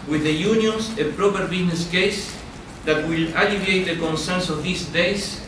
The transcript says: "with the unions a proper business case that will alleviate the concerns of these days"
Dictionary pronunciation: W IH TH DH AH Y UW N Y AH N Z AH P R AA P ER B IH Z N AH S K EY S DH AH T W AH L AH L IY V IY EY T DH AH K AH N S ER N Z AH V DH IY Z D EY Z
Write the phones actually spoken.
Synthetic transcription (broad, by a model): W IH DH AH Y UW N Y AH N S AH P R AA P ER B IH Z N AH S K EY S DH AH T W AH L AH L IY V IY EY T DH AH K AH N S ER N S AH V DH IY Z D EY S